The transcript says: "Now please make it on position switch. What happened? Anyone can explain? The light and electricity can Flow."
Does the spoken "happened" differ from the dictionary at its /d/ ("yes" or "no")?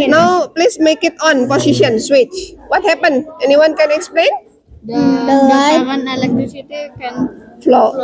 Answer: yes